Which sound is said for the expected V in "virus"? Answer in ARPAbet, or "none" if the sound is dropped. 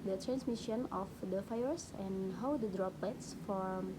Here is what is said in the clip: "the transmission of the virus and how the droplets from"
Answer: F